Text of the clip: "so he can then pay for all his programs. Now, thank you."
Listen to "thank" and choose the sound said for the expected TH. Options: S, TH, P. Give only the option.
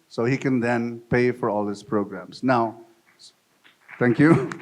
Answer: S